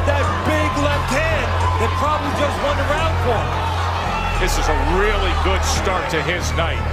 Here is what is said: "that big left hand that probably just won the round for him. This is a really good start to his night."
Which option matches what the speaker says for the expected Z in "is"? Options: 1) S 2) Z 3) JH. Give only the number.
2